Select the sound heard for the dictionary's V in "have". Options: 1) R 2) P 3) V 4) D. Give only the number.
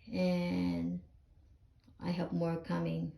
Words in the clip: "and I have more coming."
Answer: 2